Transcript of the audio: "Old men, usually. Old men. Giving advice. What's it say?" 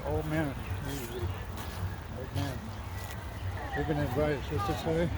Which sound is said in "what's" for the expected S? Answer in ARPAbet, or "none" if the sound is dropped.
none